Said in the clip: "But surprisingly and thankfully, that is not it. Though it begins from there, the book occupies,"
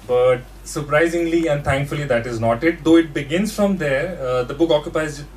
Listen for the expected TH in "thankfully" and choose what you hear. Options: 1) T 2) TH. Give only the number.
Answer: 1